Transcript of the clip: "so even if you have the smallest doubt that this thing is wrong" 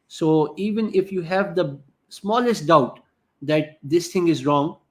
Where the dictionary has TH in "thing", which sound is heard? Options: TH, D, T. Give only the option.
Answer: T